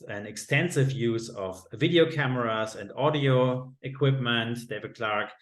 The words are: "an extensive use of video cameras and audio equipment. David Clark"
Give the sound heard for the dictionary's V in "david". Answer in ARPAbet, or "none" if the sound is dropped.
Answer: V